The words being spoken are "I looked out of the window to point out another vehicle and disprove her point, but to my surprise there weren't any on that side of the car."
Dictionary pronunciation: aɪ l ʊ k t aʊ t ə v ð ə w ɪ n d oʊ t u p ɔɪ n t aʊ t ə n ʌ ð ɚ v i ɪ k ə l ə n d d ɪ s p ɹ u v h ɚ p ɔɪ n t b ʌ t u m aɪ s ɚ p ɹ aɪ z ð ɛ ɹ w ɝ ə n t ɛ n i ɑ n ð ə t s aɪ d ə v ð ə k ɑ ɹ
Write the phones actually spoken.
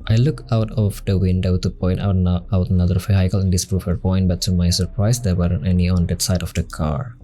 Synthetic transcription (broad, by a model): aɪ l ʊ k aʊ t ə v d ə w ɪ n d oʊ t u p ɔɪ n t aʊ t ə n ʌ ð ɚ f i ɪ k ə l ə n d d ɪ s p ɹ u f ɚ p ɔɪ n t b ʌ t u m aɪ s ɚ p ɹ aɪ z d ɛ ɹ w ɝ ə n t ɛ n i ɑ n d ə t s aɪ d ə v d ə k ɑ ɹ